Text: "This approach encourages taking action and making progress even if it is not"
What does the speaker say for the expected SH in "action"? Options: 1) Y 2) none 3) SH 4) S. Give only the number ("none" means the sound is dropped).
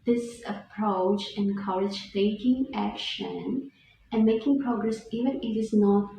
3